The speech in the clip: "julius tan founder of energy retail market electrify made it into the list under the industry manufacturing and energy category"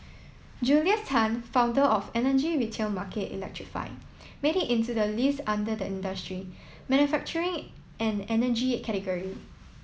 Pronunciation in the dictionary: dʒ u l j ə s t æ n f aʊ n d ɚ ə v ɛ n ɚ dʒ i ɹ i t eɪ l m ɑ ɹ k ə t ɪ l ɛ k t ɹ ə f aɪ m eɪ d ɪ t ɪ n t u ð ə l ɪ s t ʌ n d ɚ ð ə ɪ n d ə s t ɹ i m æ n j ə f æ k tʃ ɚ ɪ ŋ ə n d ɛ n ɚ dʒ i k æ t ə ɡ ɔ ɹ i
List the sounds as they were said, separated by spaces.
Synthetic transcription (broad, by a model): dʒ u l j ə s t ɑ n f aʊ n d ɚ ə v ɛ n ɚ dʒ i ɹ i t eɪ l m ɑ k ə t ɪ l ɛ k t ɹ ə f aɪ m eɪ d ɪ t ɪ n t u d ə l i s ɑ n d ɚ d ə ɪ n d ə s t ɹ i m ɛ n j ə f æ k tʃ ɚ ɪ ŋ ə n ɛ n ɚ dʒ i k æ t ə ɡ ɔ ɹ i